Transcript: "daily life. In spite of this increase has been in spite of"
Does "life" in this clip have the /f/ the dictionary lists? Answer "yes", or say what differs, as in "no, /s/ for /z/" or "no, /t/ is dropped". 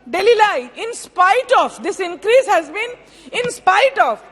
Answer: no, /f/ is dropped